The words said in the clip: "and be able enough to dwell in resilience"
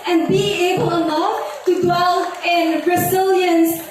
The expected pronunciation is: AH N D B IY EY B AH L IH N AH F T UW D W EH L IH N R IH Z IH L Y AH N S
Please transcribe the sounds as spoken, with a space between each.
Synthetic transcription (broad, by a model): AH N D B IY EY B AH L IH L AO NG T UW D W EH L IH N R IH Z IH L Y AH N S